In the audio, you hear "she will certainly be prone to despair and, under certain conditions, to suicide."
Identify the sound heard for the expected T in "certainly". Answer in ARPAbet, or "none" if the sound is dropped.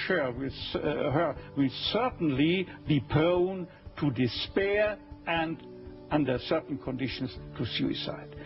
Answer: S